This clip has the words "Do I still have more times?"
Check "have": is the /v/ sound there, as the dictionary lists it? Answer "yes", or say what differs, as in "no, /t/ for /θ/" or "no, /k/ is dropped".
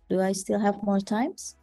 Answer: yes